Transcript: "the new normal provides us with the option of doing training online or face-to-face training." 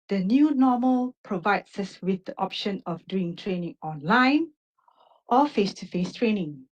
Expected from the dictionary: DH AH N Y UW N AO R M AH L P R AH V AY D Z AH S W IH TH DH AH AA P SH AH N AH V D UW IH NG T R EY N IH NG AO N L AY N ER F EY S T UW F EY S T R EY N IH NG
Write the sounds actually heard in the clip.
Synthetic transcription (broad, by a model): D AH N Y UW N AO M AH L P R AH V AY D S AH S W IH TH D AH AA P SH AH N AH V D UW IH NG T R EY N IH NG AO N L AY N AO F EY S T UW F EY S T R EY N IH NG